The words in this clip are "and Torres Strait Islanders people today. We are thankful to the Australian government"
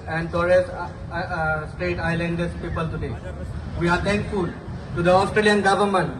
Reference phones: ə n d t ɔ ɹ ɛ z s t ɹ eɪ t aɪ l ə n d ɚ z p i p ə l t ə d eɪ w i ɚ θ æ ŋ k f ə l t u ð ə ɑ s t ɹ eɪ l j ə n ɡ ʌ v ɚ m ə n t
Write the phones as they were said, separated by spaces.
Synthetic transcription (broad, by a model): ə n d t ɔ ɹ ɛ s s t ɹ eɪ t aɪ l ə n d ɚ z p i p ə l t ə d eɪ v i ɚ t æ ŋ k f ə l t u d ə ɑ s t ɹ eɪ l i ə n ɡ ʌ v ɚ m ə n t